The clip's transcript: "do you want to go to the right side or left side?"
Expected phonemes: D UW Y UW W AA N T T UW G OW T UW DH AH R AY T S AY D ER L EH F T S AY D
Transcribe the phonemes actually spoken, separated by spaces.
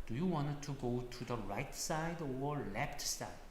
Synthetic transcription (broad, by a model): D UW Y UW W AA N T T UW G OW T UW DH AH R AY T S AY D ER L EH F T S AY